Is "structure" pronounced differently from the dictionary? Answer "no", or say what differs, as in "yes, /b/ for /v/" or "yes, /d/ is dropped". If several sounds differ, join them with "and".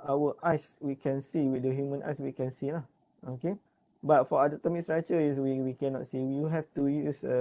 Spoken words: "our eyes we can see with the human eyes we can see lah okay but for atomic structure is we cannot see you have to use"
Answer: yes, /k/ is dropped